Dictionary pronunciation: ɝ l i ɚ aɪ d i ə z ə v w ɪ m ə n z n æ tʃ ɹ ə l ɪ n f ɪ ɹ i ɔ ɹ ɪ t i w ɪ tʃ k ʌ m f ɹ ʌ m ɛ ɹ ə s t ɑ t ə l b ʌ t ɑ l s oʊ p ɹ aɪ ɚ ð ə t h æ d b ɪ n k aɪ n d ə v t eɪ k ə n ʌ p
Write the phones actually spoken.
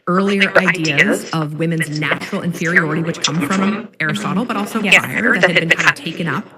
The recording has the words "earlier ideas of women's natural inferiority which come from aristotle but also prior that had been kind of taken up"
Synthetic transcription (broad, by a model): ɝ l i ɚ aɪ d i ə z ə v w ɪ m ə n z n æ tʃ ɹ l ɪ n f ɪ ɹ i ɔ ɹ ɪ t i w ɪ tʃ k ʌ m f ɹ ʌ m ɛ ɹ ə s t ɑ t l b ʌ t ɑ l s oʊ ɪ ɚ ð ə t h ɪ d b ɪ n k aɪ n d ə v t eɪ k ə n ʌ p